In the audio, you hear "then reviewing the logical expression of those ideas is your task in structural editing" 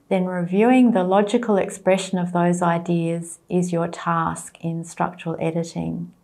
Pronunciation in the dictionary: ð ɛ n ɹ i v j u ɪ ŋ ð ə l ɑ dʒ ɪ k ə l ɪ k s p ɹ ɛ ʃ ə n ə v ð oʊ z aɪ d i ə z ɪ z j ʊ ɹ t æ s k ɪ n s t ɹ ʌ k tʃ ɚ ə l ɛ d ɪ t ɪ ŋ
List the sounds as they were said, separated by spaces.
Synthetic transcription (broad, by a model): ð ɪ n ɹ i v j u ɪ ŋ ð ə l ɑ dʒ ɪ k ə l ɪ k s p ɹ ɛ ʃ ə n ə v ð oʊ z aɪ d i ə z ɪ z j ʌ ɹ t æ s k ɪ n s t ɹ ʌ k tʃ ɚ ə l ɛ d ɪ t ɪ ŋ